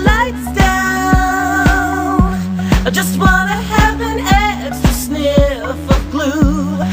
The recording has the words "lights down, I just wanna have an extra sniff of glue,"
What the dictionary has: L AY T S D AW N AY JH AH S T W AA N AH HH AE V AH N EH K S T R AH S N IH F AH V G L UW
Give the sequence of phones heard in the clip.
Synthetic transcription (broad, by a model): L AY T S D AW N AY JH AH S T W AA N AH HH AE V AH N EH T AH S N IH AH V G L UW